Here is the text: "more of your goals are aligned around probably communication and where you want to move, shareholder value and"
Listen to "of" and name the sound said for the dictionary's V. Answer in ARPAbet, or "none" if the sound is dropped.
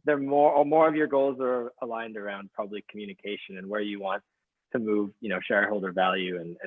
V